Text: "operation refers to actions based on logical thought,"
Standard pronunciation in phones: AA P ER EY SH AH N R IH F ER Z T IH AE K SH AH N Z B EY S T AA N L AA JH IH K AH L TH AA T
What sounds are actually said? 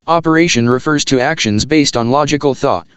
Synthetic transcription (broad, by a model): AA P ER EY SH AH N R IH F ER Z T IH AE K SH AH N Z B EY S T N L AA JH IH K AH L TH AA T